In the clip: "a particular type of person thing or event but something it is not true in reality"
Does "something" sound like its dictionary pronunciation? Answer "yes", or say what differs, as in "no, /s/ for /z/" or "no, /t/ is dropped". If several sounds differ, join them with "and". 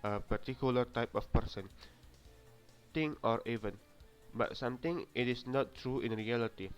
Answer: no, /t/ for /θ/